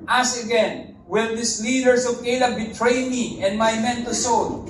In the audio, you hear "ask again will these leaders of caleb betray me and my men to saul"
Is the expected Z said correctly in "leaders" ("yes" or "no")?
no